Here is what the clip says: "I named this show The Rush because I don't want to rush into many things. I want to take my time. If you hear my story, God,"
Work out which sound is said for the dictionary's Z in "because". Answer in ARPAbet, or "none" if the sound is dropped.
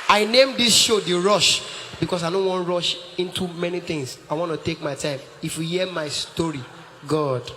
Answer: S